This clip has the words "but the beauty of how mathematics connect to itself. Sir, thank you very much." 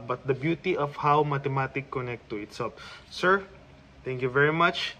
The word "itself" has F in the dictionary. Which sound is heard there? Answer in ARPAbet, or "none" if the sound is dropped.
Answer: P